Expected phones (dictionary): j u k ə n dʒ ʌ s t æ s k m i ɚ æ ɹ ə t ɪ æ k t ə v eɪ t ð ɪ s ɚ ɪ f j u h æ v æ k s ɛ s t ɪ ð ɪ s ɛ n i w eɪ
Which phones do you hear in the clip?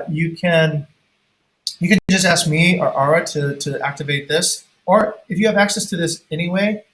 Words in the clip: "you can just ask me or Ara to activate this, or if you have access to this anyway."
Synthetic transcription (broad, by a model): j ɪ k ə n dʒ ʌ s t æ s k m i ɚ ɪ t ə t ɪ æ k t ə v eɪ t ð ɪ s ɚ ɪ f j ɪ v æ k s ɛ s t ɪ ð ɪ s ɛ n i w eɪ